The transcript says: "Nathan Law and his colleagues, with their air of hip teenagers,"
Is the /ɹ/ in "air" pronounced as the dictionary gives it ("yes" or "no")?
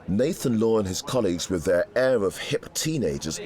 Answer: yes